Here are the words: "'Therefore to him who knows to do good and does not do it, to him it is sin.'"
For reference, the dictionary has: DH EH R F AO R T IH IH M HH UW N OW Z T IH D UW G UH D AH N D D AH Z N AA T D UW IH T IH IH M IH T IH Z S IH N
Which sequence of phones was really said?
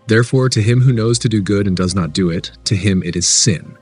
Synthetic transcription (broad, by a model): DH EH R F AO R T IH IH M HH UW N OW Z T IH D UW G UH D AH N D D AH Z N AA T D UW IH T IH IH M IH T IH Z S IH N